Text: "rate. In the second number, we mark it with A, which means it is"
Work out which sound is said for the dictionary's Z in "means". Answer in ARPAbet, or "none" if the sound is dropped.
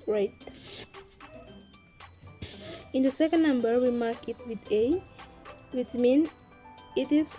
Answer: none